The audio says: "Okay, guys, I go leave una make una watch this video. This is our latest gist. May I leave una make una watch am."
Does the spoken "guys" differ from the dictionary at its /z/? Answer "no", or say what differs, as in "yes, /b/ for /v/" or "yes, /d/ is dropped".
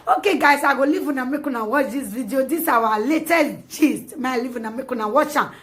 yes, /s/ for /z/